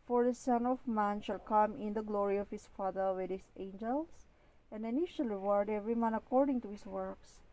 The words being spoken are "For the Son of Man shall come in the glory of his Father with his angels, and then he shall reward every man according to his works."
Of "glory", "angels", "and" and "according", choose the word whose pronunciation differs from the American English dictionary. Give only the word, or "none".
angels